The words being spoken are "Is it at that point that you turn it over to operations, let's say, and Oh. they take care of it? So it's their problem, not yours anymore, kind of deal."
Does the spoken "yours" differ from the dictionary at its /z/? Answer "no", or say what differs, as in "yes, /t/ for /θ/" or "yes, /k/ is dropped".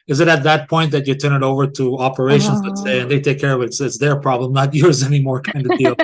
no